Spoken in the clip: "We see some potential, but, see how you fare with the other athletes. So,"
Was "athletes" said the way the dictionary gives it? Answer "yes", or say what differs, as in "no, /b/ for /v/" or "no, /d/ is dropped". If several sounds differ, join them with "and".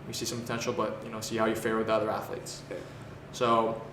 yes